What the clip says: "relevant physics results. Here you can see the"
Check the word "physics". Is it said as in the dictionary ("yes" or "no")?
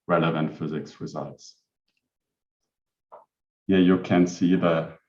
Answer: yes